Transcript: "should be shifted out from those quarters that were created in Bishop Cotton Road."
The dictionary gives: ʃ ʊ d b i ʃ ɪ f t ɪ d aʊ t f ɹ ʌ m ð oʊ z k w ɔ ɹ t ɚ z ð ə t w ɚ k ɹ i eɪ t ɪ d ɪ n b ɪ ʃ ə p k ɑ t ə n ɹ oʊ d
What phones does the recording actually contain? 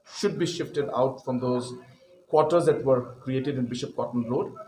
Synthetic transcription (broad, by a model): ʃ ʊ d b i ʃ ɪ f t ɪ d aʊ t f ɹ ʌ m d oʊ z k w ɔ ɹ t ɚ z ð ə t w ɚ k ɹ i eɪ t ɪ d ɪ n b ɪ ʃ ə p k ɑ t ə n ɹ oʊ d